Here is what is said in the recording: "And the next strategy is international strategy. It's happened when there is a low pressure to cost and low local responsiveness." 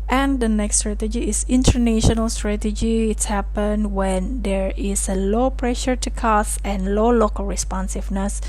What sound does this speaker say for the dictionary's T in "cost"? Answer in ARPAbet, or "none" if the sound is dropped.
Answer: none